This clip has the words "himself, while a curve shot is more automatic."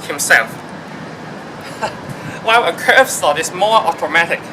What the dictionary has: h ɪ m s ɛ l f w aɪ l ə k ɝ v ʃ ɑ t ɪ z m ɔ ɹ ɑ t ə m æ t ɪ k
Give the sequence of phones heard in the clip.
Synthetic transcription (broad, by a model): h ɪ m s ɛ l f w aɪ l ə k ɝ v s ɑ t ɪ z m ɔ ɹ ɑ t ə m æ t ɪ k